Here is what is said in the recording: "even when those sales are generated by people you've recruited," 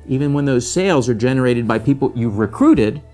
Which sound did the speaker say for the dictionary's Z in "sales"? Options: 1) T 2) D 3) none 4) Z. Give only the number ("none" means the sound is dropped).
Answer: 4